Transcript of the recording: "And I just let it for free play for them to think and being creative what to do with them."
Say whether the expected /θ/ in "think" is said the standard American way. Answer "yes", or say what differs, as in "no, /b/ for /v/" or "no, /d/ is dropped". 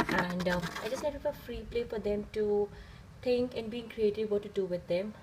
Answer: no, /t/ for /θ/